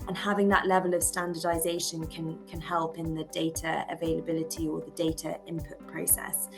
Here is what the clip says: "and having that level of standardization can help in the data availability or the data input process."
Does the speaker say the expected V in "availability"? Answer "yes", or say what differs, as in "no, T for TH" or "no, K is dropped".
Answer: yes